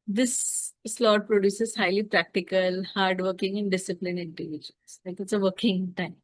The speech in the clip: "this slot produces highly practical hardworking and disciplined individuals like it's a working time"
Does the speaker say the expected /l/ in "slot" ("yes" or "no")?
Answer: yes